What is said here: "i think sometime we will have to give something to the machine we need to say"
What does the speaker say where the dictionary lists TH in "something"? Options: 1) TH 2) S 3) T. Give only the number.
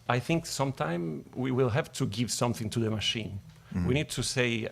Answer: 1